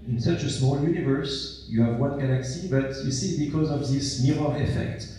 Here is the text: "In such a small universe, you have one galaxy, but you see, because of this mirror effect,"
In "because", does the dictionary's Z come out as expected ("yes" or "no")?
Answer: yes